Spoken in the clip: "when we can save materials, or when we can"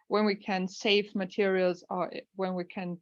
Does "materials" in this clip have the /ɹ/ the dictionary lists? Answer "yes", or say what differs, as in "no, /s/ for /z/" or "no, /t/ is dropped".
yes